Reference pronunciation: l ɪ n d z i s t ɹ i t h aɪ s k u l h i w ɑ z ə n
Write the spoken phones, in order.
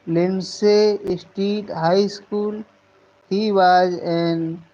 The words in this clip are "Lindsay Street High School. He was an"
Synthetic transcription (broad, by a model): l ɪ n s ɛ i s t i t h aɪ s k u l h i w ɑ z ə n